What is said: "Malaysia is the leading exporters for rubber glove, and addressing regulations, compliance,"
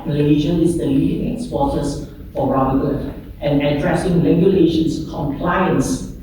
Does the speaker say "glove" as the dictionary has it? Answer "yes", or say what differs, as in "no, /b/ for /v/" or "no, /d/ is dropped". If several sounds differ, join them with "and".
no, /l/ is dropped and /v/ is dropped